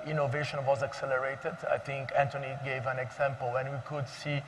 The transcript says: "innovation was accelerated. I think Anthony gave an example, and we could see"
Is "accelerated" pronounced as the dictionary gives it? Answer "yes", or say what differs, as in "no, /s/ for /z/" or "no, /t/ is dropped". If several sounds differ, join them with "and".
yes